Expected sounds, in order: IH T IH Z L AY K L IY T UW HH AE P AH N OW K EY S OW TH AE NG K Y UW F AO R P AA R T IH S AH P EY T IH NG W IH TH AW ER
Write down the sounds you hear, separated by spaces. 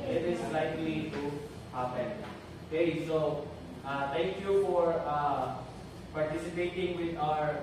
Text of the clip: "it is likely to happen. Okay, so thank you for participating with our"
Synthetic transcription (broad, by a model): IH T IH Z L AY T L IY T UW HH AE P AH N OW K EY S OW T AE NG K Y UW F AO R P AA R T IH S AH P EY T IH NG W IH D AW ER